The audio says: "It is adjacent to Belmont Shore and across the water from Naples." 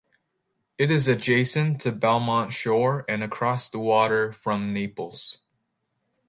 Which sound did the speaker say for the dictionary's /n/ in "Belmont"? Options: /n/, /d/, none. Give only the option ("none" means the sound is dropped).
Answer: /n/